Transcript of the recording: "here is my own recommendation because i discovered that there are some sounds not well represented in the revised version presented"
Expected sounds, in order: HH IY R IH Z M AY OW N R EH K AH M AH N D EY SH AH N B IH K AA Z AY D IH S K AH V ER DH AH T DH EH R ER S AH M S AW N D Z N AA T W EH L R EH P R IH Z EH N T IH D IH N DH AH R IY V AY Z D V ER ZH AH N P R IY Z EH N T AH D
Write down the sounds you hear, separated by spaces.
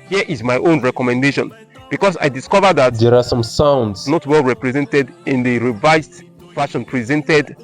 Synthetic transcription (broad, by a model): HH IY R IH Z M AY OW N R EH K AH M AH N D EY SH AH N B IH K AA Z AY D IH S K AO V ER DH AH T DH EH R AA S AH M S AW N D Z N AA T W EH L R EH P R IH Z EH N T IH D IH N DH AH R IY V AY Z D F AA SH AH N P R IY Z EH N T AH D